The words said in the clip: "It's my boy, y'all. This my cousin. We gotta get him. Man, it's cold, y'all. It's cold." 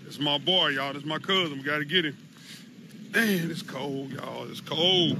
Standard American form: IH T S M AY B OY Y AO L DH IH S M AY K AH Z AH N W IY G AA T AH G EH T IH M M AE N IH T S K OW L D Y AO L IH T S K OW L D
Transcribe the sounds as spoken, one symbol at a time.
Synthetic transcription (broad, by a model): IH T S M AY B OY Y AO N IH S M AY K AH Z AH N W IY G AA T AH G EH T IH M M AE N IH T S K OW L D Y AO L IH T S K OW L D